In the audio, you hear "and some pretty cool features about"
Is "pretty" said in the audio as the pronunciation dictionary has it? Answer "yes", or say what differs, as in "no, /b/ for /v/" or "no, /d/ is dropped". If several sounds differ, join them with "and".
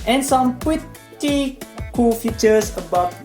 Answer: no, /w/ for /ɹ/